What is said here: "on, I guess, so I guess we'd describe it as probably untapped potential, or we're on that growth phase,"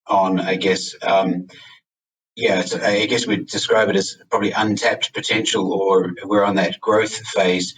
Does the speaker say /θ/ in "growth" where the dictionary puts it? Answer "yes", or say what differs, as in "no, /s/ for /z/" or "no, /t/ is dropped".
yes